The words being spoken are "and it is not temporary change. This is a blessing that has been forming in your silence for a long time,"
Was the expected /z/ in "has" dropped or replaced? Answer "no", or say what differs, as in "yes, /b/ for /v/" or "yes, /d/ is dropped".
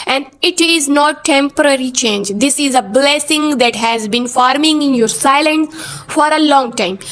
no